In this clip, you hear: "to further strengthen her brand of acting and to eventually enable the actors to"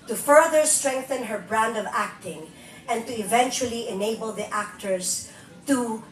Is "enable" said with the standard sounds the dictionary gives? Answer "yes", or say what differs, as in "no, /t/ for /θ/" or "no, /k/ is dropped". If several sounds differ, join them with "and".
yes